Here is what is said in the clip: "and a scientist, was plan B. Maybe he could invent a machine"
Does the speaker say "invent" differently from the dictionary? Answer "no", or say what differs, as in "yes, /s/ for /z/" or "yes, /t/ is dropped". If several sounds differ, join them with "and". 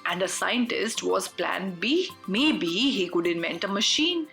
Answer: no